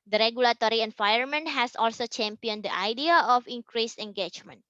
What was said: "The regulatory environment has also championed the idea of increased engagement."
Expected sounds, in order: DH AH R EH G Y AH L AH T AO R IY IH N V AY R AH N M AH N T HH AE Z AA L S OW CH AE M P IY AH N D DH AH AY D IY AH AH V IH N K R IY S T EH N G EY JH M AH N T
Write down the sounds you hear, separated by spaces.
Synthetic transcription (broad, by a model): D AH R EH G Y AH L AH T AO R IY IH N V AY AH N M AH N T HH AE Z AA L S OW CH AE M P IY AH N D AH AY D IY AH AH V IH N K R IY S EH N G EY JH M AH N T